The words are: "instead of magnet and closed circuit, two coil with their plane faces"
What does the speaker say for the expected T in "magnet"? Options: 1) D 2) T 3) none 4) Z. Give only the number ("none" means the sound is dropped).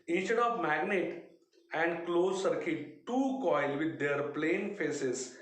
2